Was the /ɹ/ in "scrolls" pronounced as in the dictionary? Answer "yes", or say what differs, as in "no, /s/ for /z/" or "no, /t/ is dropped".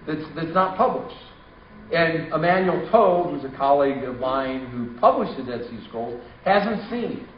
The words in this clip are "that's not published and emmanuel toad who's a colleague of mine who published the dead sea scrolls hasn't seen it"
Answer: no, /ɹ/ is dropped